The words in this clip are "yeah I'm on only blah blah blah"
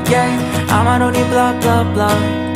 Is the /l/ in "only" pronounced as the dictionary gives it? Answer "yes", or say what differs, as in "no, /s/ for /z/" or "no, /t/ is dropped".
no, /l/ is dropped